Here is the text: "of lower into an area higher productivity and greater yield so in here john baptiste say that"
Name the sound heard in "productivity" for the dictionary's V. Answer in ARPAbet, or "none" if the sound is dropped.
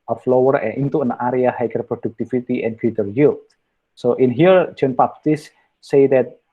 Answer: F